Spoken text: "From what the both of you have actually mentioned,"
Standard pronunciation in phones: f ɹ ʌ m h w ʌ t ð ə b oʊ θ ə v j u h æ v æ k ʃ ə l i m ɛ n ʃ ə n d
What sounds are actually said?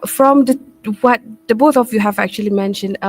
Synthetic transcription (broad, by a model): f ɹ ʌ m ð w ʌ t ð ə b oʊ θ ə v j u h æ v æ k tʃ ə l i m ɛ n ʃ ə n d